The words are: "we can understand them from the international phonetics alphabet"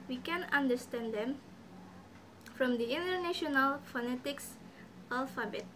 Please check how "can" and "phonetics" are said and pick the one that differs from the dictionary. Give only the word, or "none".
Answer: none